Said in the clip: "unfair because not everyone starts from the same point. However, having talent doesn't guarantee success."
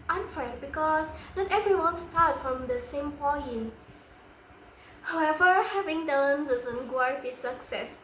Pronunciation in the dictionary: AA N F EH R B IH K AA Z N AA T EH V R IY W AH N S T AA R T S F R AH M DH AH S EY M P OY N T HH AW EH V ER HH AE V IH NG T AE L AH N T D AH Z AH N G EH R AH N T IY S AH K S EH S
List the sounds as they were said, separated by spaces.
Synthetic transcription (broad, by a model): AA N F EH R B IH K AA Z N AA T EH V R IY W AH N S T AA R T F R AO M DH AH S EY M P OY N HH AW EH V ER HH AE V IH NG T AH N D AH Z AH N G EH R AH T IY S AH K S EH S